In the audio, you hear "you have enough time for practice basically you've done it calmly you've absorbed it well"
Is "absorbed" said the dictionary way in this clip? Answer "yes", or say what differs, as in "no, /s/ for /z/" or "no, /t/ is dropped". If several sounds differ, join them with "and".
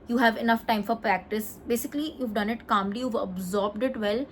yes